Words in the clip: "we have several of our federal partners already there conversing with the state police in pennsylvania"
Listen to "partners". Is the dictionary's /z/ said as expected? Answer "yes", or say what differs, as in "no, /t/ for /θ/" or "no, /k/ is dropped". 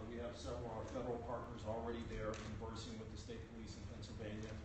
yes